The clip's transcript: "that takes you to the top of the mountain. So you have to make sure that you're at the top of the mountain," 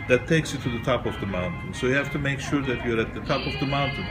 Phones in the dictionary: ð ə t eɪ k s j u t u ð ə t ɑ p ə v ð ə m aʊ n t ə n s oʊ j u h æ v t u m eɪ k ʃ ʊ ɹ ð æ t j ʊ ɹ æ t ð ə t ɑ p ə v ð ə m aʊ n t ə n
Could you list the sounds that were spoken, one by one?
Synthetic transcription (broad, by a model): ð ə t eɪ k s j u t u ð ə t ɑ p ə v ð ə m aʊ n t ə n s oʊ j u h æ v t u m eɪ k ʃ ʊ ɹ ð æ t j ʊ ɹ æ t ð ə t ɑ p ə v ð ə m aʊ n t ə n